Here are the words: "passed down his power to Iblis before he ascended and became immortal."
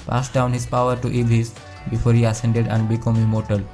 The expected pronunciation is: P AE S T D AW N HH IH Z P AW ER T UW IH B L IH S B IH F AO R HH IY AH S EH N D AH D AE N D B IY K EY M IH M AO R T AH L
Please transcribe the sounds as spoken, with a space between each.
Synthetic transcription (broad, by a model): P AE S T D AW N HH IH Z P AW ER T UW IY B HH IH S B IH F AO R HH IY AH S EH N D AH D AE N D B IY K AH M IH M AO R T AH L